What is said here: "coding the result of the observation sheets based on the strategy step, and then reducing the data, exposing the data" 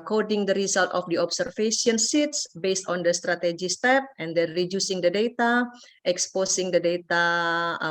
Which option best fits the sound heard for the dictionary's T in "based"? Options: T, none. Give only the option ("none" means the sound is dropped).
T